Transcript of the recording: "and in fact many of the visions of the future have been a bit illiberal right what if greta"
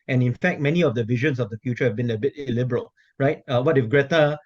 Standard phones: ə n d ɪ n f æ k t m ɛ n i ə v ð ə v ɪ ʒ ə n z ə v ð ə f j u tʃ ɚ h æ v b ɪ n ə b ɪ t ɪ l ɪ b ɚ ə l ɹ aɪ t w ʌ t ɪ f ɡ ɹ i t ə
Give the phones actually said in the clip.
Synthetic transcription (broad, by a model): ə n ɪ n f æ k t m ɛ n i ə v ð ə v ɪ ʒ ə n s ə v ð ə f j u tʃ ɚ h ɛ v b ɪ n ə b ɪ t ɪ l ɪ b ɚ ə l ɹ aɪ t w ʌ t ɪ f ɡ ɹ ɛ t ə